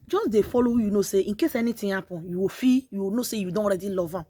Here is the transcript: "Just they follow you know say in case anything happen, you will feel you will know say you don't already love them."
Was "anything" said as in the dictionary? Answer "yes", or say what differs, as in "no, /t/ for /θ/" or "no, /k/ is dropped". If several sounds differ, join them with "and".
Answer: no, /t/ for /θ/